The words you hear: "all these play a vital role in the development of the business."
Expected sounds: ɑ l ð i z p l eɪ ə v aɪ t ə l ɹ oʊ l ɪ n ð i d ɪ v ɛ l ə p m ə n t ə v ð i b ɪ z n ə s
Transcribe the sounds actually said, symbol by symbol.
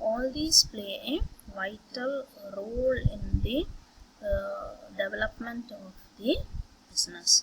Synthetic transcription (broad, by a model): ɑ l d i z p l eɪ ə v aɪ t ə l ɹ oʊ l ɪ n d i d ɪ v ɛ l ə p m ə n t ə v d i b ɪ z n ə s